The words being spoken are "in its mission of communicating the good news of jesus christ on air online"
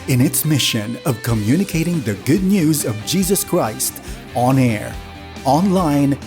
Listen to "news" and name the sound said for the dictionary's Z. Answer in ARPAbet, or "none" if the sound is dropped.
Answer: Z